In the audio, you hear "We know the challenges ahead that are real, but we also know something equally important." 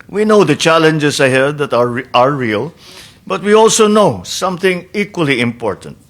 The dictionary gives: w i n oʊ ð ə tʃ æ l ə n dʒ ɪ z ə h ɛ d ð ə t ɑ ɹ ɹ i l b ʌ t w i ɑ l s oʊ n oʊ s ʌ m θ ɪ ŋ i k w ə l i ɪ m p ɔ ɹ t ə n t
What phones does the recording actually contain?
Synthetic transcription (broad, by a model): w i n oʊ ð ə tʃ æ l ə n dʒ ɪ s ə h ɛ d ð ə t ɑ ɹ ɹ i l b ʌ t w i ɑ l s oʊ n oʊ s ʌ m θ ɪ ŋ i k w ə l i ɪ m p ɔ ɹ t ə n t